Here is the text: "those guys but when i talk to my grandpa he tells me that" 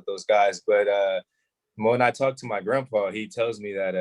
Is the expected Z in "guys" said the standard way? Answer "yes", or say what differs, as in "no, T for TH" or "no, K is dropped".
yes